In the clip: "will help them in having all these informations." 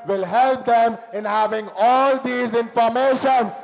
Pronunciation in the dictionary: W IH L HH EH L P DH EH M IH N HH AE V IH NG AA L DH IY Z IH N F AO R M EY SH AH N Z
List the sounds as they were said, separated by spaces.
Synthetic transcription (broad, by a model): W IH L HH EH L P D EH M IH N HH AE V IH NG AA L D IY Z IH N F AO R M EY SH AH N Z